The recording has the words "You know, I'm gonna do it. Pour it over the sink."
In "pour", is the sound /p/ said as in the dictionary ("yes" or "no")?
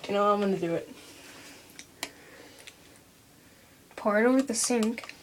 yes